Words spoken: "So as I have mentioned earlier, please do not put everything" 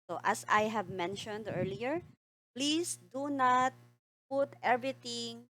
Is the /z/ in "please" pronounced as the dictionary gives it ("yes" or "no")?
no